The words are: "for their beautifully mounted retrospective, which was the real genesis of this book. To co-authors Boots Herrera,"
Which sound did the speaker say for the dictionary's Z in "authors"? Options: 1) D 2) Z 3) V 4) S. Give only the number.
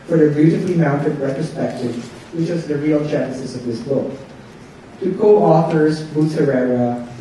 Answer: 2